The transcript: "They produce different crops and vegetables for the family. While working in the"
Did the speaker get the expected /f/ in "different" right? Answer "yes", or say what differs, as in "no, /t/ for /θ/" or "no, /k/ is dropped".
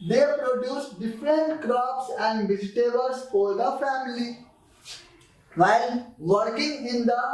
yes